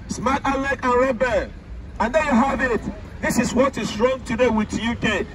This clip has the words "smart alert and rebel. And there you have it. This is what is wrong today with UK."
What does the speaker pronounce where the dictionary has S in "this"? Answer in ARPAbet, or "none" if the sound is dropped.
S